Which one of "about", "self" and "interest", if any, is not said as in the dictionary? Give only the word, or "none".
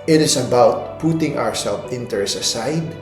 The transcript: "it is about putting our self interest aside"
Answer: interest